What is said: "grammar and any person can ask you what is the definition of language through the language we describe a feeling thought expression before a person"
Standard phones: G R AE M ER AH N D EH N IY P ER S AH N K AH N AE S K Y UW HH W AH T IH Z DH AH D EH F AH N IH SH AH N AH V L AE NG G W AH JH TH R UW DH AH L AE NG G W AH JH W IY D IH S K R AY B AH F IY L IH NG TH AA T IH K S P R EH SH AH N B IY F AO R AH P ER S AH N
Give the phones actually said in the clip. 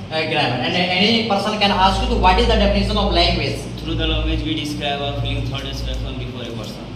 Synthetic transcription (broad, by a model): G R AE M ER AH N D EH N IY P ER S AH N K AH N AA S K Y UW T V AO T IH Z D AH D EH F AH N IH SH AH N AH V L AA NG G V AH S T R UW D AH L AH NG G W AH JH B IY D IH S K R AY B AH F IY L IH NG T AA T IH S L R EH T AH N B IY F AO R AH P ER S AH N